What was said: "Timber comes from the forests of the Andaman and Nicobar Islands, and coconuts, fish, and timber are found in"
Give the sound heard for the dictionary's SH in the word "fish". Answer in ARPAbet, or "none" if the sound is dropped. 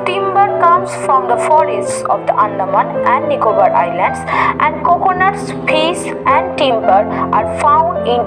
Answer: S